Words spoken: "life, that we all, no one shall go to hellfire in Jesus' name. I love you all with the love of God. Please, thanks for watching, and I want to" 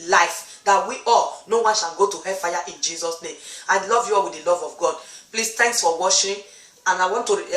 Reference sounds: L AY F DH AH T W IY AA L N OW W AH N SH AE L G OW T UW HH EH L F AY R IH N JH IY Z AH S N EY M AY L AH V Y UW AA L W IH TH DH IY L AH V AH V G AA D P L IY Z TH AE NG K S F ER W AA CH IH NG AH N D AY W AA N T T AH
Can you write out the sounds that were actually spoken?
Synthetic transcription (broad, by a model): L AY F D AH T W IY AA L N OW W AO N SH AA N G OW T UW HH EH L F AY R IH N JH IY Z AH S N EY M AY L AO V Y UW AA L W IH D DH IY L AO V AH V G AA D P L IY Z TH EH NG K S F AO W AA SH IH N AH N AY W AA N T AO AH